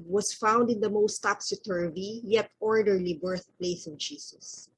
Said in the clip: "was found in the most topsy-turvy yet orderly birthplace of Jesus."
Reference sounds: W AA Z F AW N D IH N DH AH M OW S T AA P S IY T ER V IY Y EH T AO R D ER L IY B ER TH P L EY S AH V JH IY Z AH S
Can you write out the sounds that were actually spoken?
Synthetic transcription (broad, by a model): W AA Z F AW N D IH N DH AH M OW S T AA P S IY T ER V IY Y EH T AO R D ER L IY B ER TH P L EY S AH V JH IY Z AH S